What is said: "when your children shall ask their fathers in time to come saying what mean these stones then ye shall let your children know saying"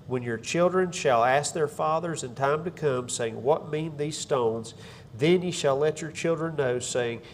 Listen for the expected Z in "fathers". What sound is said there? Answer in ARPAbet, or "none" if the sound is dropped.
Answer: Z